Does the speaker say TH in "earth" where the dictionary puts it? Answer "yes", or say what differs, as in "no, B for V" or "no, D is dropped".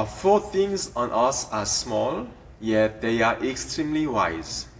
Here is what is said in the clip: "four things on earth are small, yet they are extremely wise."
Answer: no, S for TH